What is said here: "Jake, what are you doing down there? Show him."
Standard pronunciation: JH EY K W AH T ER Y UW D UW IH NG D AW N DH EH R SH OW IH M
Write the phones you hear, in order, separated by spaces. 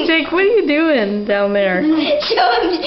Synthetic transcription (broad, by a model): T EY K W AH T ER Y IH D UW IH NG D AW N DH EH R S OW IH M